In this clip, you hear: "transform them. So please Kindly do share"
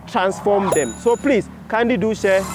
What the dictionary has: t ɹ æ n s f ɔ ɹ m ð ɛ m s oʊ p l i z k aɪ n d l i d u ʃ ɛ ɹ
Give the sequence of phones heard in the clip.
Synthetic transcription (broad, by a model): t ɹ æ n s f ɔ m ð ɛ m s oʊ p l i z k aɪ n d i d u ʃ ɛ